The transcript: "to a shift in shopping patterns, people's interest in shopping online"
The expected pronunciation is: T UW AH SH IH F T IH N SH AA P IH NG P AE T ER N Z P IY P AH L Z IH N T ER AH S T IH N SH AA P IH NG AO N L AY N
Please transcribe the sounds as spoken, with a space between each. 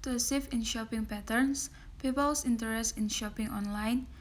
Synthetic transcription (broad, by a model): T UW AH S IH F IH N SH AA P IH NG P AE T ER N S P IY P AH L S IH N T ER AH S T IH N SH AA P IH NG AO N L AY N